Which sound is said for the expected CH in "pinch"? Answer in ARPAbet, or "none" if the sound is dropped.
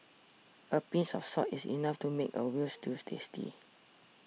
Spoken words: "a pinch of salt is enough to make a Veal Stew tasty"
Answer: S